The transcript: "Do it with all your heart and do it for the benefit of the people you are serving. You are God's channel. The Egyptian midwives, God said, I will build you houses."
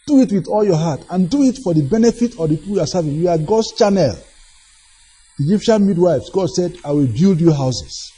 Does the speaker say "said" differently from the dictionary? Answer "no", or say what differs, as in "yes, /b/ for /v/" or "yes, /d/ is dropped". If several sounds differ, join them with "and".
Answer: no